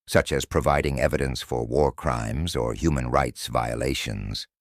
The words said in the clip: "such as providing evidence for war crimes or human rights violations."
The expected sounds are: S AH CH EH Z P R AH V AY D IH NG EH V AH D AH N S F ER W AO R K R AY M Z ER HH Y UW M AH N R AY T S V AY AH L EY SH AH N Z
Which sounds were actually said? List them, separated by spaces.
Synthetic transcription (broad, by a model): S AH CH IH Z P R AH V AY D IH NG EH V AH D AH N S F ER W AO R K R AY M Z ER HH Y UW M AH N R AY T S V AY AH L EY SH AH N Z